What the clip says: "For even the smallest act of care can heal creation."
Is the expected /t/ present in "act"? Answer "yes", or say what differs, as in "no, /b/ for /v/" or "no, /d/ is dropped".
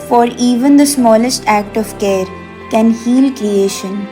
yes